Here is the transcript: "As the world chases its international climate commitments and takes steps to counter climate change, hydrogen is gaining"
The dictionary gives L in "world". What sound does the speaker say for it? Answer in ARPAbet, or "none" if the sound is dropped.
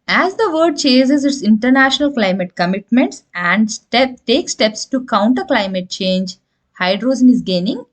none